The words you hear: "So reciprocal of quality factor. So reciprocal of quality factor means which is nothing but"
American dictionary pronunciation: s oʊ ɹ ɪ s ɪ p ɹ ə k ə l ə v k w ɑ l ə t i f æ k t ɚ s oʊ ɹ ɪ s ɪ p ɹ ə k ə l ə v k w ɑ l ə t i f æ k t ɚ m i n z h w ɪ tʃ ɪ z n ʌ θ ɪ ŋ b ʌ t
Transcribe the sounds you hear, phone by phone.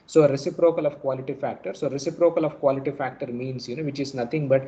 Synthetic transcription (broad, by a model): s oʊ ɹ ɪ s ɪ p ɹ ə k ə l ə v k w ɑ l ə t i f æ k t ɚ s oʊ ɹ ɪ s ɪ p ɹ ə k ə l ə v k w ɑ l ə t i f æ k t ɚ m i n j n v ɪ tʃ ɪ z n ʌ t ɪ ŋ b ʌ t